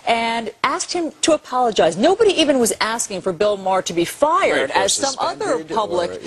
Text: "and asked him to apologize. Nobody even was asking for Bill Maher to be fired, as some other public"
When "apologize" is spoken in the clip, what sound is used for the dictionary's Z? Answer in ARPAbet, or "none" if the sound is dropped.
Z